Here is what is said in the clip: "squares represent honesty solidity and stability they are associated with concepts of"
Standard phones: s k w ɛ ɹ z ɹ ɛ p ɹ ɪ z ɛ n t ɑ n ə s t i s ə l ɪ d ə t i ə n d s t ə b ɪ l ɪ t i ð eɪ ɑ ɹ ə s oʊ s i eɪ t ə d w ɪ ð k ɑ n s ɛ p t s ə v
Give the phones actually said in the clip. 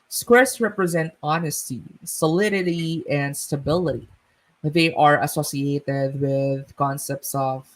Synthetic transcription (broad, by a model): s k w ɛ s ɹ ɛ p ɹ ɪ z ɛ n t ɑ n ə s t i s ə l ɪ d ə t i ə n d s t ə b ɪ l ɪ t i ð eɪ ɑ ɹ ə s oʊ s i eɪ t ə d w ɪ ð k ɑ n s ɛ p t s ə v